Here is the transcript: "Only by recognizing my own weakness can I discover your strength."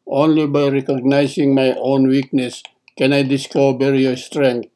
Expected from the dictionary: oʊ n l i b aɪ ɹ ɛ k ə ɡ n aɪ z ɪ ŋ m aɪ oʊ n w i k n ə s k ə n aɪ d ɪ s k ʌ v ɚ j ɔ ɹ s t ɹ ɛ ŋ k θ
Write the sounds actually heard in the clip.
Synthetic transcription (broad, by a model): oʊ n l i b aɪ ɹ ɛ k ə ɡ n aɪ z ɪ ŋ m aɪ oʊ n w i k n ə s k ə n aɪ d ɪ s k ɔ b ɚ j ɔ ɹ s t ɹ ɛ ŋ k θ